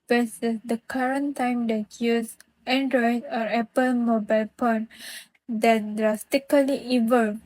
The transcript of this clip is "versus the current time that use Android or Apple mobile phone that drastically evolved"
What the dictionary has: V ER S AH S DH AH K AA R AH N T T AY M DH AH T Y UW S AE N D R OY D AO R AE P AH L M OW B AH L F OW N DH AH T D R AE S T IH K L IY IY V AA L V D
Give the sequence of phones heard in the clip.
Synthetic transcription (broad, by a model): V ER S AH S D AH K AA R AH N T T AY M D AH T Y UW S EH N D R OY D AO R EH P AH L M OW B AH L P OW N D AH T D R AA S T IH K L IY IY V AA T